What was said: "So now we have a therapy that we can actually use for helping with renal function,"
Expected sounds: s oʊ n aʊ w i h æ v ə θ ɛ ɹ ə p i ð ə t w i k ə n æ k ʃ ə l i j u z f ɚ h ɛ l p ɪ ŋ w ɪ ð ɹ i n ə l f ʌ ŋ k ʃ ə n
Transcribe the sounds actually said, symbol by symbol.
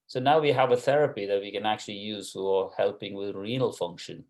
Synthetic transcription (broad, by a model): s oʊ n aʊ w i h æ v ə θ ɛ ɹ ə p i ð ə t w i k ə n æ k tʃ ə l i j u z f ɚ h ɛ l p ɪ ŋ w ɪ ð ɹ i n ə l f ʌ ŋ k ʃ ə n